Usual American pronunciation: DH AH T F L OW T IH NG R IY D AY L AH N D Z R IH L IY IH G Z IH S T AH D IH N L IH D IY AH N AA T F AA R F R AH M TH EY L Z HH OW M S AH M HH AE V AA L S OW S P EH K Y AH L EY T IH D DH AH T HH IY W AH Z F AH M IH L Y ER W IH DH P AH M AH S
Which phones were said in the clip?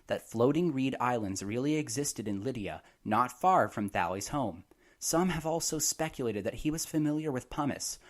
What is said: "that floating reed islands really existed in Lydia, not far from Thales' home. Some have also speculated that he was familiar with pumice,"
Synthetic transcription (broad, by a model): DH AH T F L OW T IH NG R IY D AY L AH N D Z R IH L IY IH G Z IH S T AH D IH N L IH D IY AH N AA T F AA R F R AH M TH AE L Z HH OW M S AH M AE V AA L S OW S P EH K Y AH L EY T IH D DH AH T HH IY W AH Z F AH M IH L Y ER W IH DH P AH M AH S